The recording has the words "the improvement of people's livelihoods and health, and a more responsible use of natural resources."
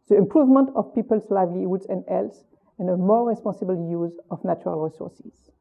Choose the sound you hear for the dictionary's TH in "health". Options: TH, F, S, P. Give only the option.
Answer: S